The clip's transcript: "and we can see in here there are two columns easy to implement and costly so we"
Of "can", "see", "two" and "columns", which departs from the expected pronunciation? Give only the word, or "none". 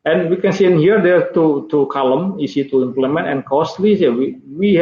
columns